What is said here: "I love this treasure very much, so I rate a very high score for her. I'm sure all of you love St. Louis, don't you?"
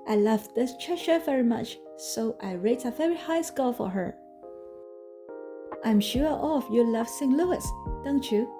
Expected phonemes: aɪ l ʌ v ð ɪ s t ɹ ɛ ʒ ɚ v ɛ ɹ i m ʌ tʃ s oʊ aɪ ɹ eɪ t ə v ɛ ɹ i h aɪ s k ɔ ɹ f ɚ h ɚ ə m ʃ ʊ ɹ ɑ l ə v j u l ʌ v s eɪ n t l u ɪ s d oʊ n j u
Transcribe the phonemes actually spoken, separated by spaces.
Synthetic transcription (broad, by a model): aɪ l ʌ v ð ɪ s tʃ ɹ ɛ ʃ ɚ v ɛ ɹ i m ʌ tʃ s oʊ aɪ ɹ eɪ t ə v ɛ ɹ i h aɪ s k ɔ l f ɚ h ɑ ə m ʃ ʊ ɹ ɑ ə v j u l ʌ v s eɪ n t l u ɪ s d oʊ n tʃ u